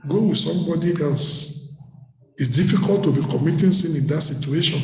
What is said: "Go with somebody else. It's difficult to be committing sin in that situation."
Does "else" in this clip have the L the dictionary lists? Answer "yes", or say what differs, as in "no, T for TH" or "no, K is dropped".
yes